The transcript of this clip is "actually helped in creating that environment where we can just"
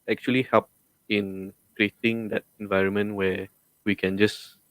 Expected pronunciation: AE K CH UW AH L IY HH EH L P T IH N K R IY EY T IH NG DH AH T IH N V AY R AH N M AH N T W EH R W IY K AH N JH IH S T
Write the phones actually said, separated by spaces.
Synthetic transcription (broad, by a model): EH K CH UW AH L IY HH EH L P IH N K R IY EY T IH NG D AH T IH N V AY R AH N M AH N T W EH W IY K AH N JH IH S